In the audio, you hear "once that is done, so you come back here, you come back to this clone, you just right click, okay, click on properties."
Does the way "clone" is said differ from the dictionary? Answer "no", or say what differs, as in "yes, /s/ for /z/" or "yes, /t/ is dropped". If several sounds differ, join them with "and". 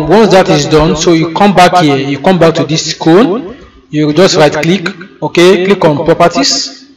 yes, /l/ is dropped